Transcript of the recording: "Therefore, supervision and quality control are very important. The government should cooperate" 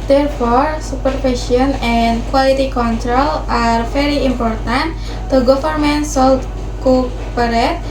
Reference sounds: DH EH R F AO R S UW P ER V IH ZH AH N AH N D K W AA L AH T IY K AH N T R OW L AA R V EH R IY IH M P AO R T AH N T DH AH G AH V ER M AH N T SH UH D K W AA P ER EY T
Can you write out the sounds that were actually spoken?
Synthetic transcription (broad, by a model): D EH R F AO R S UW P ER F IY SH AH N AH N D K W AA L AH T IY K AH N T R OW L AA R F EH R IY IH M P AO R T AH N T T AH G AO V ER M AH N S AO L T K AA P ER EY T